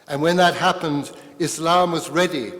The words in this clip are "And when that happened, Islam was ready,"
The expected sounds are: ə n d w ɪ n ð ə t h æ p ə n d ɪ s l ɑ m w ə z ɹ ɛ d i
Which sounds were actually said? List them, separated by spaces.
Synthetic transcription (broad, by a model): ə n w ɪ n ð ə t h æ p ə n d ɪ s l ɑ m w ə z ɹ ɛ d i